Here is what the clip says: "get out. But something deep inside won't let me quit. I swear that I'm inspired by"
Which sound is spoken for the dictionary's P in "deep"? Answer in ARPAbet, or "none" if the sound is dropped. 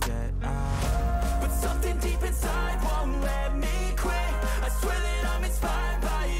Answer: P